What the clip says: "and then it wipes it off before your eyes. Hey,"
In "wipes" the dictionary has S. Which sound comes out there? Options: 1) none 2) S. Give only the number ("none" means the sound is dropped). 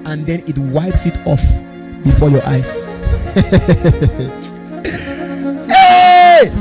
2